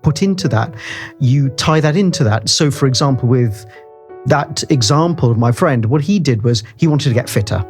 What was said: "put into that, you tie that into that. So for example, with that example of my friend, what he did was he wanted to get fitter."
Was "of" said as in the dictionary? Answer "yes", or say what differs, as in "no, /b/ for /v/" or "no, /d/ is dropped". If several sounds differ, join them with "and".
yes